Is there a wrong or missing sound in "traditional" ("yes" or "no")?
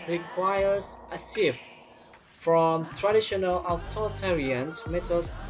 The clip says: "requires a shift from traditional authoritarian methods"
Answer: no